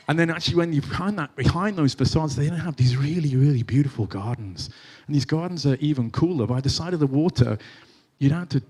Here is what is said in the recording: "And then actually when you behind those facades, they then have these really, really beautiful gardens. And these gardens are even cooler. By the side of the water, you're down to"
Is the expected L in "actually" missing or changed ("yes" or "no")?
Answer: yes